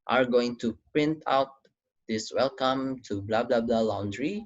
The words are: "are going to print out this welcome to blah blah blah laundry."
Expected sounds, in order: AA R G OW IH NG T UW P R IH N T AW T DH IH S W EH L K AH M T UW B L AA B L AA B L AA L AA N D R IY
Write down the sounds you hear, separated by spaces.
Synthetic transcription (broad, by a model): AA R G OW IH NG T UW P R IH N T AW T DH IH S W EH L K AH M T UW B L AA B L AA B L AA L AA N D R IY